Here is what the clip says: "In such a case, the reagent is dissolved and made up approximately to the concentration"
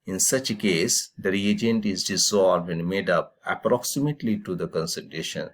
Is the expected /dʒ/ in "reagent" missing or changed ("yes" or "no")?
no